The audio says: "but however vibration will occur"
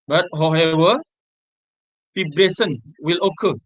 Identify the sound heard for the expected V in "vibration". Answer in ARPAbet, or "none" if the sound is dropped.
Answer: F